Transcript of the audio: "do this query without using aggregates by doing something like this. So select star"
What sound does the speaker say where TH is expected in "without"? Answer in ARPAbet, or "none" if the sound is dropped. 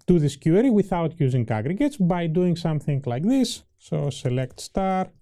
TH